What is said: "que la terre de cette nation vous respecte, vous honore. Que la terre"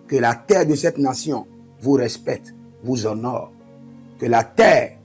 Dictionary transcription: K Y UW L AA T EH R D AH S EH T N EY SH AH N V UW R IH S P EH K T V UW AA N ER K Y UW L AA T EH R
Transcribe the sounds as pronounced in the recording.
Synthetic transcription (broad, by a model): K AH L AA T EH R D AH S EH T N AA S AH V UW R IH S P EH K T V UW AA N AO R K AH L AA T EH R